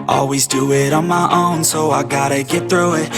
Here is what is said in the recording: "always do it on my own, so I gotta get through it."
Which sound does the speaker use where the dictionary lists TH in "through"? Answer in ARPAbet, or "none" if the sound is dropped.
TH